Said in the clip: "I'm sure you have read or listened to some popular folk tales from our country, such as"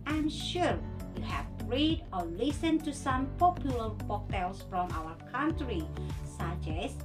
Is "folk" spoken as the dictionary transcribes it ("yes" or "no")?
no